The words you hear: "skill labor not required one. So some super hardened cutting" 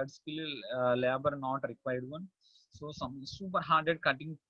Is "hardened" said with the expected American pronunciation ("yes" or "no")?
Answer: no